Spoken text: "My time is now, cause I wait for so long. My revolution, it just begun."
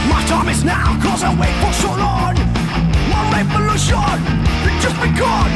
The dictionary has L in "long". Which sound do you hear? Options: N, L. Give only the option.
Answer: N